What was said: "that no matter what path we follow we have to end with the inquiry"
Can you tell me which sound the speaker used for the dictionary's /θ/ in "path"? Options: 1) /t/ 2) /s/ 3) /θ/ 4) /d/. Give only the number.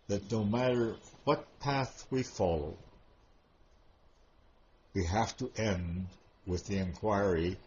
3